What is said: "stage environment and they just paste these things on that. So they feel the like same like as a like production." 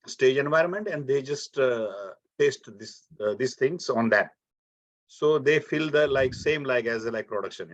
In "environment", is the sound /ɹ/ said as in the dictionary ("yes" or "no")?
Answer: yes